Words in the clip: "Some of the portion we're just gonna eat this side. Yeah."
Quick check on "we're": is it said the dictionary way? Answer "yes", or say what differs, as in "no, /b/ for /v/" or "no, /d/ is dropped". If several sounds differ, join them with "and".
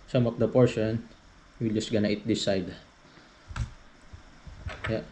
no, /l/ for /ɹ/